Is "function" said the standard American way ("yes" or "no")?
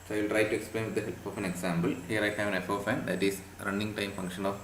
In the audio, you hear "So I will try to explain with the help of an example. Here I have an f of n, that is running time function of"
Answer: yes